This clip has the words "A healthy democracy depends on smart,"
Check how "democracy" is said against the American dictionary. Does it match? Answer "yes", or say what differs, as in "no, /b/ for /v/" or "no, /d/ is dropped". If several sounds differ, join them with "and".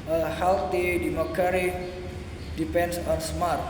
no, /ɹ/ is dropped